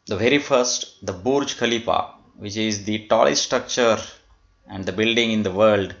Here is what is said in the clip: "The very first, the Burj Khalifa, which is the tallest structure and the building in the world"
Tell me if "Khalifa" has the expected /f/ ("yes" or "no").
no